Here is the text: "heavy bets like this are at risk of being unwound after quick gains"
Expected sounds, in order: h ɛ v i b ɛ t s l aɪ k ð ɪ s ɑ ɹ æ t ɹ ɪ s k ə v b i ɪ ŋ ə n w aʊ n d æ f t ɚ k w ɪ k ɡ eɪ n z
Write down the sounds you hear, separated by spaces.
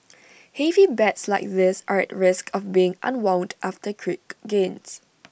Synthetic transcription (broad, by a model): h ɛ v i b ɛ t s l aɪ k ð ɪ s ɑ ɹ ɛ t ɹ ɪ s k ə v b i ɪ ŋ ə n w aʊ n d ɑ f t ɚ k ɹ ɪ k ɡ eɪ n s